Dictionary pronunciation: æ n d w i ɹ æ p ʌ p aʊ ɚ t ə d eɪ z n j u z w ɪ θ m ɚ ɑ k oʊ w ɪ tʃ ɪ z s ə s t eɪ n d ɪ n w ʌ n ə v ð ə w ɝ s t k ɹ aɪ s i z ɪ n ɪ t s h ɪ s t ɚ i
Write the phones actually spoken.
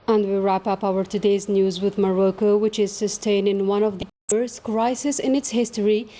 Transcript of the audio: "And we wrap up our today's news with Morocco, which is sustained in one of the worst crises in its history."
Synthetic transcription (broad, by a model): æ n d w i ɹ æ p ʌ p aʊ ɚ t ə d eɪ z n j u z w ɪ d m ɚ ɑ k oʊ w ɪ tʃ ɪ z s ə s t eɪ n d ɪ n w ʌ n ə v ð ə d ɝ s k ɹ aɪ s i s ɪ n ɪ t s h ɪ s t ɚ i